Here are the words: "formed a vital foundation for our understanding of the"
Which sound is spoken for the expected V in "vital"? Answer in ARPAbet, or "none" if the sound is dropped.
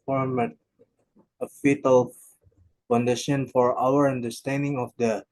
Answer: F